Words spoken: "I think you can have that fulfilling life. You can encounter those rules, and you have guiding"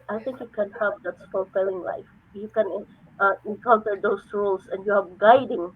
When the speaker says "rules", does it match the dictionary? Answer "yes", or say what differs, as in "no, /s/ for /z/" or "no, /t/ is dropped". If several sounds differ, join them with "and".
no, /s/ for /z/